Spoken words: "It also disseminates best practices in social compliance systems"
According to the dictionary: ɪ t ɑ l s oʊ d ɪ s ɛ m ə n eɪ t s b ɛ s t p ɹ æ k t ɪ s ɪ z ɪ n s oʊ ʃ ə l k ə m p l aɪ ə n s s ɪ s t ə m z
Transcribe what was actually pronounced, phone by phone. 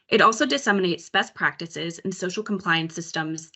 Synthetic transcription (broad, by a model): ɪ t ɑ l s oʊ d ɪ s ɛ m ə n eɪ t s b ɛ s p ɹ æ k t ɪ s ɪ z ɪ n s oʊ ʃ l k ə m p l aɪ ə n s s ɪ s t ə m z